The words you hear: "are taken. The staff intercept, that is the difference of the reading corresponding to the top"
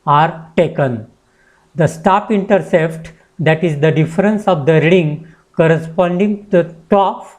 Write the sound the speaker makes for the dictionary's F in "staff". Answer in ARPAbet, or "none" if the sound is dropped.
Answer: P